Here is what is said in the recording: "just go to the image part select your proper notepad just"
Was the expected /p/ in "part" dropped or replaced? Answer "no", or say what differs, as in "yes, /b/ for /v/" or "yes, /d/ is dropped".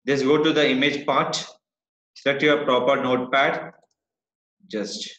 no